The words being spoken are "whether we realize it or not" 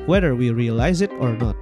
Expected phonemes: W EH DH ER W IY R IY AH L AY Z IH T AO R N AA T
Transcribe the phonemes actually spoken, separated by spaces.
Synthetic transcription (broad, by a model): W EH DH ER W IY R IY AH L AY Z IH T AO R N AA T